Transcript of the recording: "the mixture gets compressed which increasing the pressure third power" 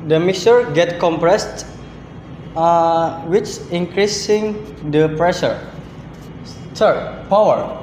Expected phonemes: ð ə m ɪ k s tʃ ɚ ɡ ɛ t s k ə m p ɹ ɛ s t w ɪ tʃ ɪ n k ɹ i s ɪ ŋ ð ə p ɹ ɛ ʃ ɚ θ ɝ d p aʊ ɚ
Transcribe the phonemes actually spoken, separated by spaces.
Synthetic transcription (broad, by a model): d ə m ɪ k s ɚ ɡ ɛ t k ə m p ɹ ɛ s t w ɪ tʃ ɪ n k ɹ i s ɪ ŋ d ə p ɹ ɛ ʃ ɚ s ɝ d p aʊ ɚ